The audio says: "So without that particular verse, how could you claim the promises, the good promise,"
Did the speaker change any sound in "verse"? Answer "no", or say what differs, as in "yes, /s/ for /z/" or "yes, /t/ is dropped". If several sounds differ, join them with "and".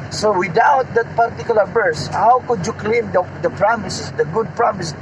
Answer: yes, /b/ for /v/